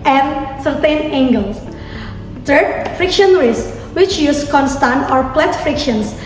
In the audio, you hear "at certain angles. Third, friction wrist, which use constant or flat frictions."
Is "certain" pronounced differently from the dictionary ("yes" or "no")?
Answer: no